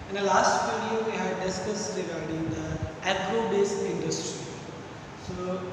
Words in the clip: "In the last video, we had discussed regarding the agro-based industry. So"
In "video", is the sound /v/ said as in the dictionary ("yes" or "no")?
no